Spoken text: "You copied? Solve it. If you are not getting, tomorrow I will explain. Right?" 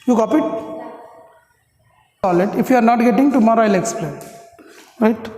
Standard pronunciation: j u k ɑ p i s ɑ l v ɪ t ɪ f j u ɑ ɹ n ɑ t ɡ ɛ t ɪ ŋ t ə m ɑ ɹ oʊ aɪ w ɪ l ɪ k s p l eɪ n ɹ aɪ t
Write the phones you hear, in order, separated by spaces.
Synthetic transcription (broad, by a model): j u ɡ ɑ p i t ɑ l ɪ t ɪ f j u ɑ ɹ n ɑ t ɡ ɛ t ɪ ŋ t ə m ɑ ɹ oʊ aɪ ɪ l ɪ k s p l eɪ n ɹ aɪ t